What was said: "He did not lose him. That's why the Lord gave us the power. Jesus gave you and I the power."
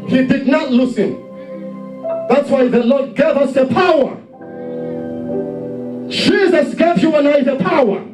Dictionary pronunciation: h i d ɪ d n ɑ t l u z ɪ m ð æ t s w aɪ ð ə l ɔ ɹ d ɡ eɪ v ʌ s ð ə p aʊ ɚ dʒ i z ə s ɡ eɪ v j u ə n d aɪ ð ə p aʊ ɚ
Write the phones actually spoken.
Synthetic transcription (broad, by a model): h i d ɪ d n ɑ t l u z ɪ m ð æ t s w aɪ ð ə l ɔ d ɡ eɪ v ʌ s ð ə p aʊ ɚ ʃ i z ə s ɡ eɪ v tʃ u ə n aɪ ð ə p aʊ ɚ